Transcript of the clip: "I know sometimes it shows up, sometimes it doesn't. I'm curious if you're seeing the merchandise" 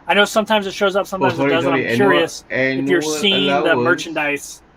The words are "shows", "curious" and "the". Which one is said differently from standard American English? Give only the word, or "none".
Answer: none